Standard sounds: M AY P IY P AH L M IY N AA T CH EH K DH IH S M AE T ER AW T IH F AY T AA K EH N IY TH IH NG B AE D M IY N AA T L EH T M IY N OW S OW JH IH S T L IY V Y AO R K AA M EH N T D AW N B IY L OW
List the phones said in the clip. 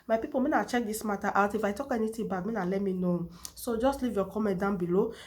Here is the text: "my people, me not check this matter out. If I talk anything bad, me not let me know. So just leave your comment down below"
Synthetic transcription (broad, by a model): M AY P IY P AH M IY N AA CH EH K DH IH S M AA T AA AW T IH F AY T AA K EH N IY T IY B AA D M IY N AA L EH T M IY N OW S OW JH IH S T L IY V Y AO K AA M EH D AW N B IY L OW